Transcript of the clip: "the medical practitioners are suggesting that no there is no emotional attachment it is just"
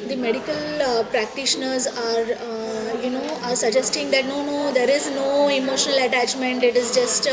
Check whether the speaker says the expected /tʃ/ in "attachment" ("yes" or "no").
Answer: yes